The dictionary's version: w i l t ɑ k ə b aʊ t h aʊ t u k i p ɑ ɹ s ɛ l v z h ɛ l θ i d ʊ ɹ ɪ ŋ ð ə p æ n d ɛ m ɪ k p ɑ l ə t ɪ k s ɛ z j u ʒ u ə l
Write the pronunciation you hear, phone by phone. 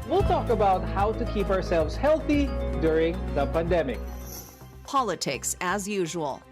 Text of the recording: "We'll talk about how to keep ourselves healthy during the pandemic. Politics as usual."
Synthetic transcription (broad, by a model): w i l t ɑ k ə b aʊ t h aʊ t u k i p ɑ ɹ s ɛ l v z h ɛ l θ i d ʊ ɹ ɪ ŋ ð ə p æ n d ɛ m ɪ k p ɑ l ə t ɪ k s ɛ z j u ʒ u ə l